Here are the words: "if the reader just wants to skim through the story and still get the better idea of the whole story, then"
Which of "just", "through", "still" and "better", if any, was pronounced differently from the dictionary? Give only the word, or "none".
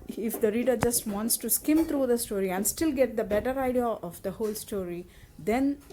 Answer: through